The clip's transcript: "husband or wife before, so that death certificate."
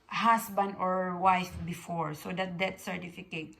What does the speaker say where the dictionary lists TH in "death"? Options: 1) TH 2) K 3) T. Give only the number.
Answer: 3